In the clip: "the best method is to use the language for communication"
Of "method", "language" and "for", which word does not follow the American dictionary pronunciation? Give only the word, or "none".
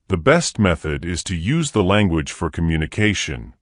none